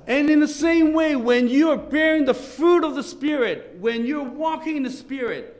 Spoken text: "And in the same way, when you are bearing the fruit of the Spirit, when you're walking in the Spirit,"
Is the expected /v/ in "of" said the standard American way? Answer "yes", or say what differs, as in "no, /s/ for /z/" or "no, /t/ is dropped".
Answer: yes